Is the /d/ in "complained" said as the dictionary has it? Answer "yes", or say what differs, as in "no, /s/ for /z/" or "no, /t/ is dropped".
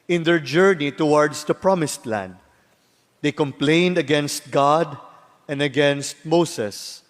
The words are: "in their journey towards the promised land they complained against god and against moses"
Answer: yes